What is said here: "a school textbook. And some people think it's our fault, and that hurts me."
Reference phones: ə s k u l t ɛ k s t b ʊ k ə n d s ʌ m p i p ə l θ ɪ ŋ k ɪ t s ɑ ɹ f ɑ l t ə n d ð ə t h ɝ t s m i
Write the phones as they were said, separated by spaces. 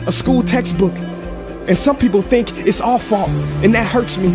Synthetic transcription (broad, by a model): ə s k u l t ɛ k s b ʊ k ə n s ʌ m p i p l θ ɪ ŋ k ɪ t s ɑ l f ɑ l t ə n ð ə t h ɝ t s m i